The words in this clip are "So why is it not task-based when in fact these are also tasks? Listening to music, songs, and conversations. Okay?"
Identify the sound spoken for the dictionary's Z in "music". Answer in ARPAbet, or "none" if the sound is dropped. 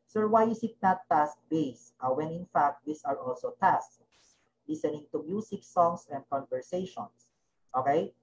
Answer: S